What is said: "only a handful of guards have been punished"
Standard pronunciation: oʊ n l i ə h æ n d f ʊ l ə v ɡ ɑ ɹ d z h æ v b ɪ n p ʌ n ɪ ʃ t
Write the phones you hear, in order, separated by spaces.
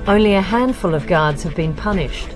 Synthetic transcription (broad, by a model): oʊ n l i ə h æ n d f ʊ l ə v ɡ ɑ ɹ d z h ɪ v b ɪ n p ʌ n ɪ ʃ t